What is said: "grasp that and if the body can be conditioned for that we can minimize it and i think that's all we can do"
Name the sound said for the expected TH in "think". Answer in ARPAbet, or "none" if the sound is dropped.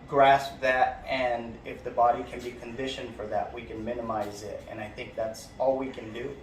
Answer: TH